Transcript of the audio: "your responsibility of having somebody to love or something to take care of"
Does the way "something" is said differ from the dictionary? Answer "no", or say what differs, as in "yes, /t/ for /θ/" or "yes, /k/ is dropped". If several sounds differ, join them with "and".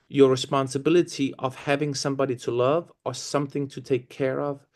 no